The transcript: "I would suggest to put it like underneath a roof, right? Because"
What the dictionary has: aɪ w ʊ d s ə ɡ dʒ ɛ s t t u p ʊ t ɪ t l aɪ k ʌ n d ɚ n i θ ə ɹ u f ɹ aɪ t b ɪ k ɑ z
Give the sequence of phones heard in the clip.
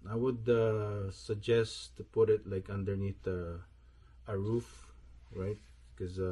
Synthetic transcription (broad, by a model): aɪ w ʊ d s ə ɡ dʒ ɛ s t t u p ʊ t ɪ t l aɪ k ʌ n d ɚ n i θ ə ɹ u f ɹ aɪ t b k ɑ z